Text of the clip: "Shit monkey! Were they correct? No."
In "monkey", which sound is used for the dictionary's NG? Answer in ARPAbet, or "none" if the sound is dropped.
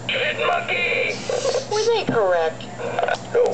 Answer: none